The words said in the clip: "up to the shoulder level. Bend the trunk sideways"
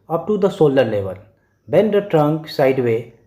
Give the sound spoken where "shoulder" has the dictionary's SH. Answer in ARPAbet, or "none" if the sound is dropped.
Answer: S